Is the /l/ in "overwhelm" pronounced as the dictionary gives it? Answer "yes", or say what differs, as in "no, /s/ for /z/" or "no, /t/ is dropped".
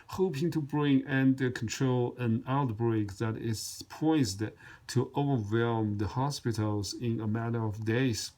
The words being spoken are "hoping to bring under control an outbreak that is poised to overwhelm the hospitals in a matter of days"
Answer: yes